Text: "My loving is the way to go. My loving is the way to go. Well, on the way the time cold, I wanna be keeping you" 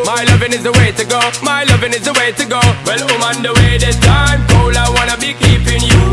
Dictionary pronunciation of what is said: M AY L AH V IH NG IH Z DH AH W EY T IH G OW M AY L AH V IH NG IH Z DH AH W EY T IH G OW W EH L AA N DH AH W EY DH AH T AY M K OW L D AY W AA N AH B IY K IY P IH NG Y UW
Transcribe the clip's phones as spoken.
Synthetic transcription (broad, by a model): M AY L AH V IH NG IH Z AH W EY T IH G OW M AY L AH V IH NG IH Z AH W EY T IH G OW W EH L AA N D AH W EY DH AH S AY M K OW L AY W AA N AH B IY K IY P IH NG Y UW